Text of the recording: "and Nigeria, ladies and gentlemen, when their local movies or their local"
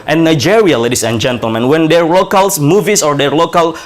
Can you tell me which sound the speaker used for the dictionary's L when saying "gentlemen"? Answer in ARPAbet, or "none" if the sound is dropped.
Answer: L